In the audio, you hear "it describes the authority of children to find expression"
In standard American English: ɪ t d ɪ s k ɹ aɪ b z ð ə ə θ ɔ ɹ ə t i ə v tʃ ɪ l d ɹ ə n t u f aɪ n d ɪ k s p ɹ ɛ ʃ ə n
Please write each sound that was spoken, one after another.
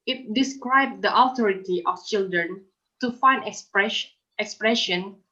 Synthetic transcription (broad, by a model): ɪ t d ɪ s k ɹ aɪ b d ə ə t ɔ ɹ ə t i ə f tʃ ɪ l d ɹ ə n t u f aɪ n d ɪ k s p ɹ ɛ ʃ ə n